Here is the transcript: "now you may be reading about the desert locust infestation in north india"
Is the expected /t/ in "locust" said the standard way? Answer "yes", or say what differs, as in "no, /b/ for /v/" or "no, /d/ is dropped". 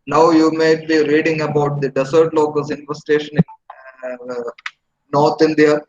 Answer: no, /t/ is dropped